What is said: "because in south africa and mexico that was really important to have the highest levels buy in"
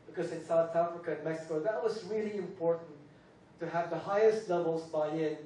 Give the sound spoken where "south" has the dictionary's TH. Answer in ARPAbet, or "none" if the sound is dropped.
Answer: TH